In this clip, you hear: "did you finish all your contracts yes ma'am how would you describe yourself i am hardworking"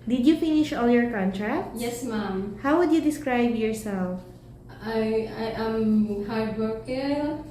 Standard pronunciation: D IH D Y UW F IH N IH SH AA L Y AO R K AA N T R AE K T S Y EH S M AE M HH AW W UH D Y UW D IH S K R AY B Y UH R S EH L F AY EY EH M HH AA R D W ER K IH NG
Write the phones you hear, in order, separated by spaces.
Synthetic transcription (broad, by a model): D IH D Y UW F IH N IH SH AA L Y AO R K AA N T R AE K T Y EH S M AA M HH AW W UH D Y UW D IH S K R AY B Y UH R S EH L F AY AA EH M HH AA R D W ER K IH